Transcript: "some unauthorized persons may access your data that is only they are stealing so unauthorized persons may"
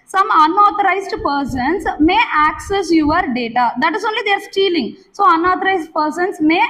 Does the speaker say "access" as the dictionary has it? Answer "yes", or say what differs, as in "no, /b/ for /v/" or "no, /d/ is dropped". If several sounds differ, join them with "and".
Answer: yes